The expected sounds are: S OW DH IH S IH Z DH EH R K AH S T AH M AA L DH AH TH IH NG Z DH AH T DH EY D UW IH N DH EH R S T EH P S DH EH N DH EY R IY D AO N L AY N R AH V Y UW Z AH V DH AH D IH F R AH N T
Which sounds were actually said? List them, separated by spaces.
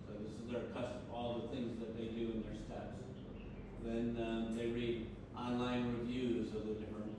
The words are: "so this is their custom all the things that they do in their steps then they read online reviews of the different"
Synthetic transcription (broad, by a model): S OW DH IH S IH Z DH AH R K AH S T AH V AA L DH AH TH IH NG Z DH AH T DH EY D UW IH N DH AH R S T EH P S DH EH N DH EY R IY D AO N L AY N R AH V Y UW Z AH V DH AH D IH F R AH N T